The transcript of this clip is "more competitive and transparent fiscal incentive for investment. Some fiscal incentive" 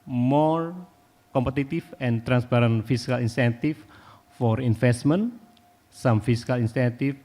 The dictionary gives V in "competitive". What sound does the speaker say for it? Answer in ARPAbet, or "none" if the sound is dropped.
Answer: F